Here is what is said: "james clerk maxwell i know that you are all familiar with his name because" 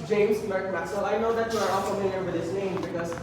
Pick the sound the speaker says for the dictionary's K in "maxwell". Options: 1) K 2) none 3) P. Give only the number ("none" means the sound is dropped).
2